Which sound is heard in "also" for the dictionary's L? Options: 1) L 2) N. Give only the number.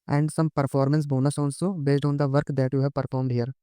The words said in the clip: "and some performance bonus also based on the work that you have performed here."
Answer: 2